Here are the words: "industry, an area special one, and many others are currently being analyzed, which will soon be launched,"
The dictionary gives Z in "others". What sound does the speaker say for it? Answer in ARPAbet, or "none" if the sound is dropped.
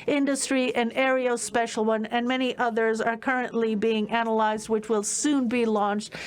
Z